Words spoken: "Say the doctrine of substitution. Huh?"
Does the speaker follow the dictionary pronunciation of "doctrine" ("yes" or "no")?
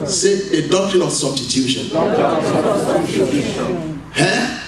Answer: no